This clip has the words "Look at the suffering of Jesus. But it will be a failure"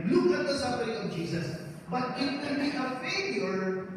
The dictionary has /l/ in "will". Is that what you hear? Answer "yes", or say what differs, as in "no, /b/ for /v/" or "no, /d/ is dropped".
no, /n/ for /l/